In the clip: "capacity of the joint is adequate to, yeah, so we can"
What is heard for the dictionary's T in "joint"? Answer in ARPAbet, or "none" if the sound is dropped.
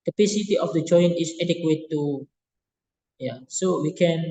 none